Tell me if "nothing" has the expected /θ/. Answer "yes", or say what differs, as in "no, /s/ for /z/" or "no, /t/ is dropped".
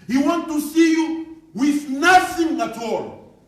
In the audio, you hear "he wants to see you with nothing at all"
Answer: no, /s/ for /θ/